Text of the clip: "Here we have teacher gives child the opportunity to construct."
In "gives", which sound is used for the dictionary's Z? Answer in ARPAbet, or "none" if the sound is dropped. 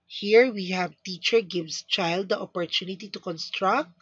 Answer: S